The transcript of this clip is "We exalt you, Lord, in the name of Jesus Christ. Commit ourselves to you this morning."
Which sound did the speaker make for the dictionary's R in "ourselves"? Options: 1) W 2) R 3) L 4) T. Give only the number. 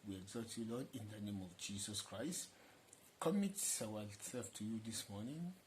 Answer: 1